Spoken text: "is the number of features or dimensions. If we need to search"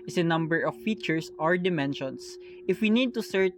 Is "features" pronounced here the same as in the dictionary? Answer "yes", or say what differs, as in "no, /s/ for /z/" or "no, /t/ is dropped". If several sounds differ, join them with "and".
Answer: no, /s/ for /z/